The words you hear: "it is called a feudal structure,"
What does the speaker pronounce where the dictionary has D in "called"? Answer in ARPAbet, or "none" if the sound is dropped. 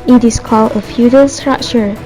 none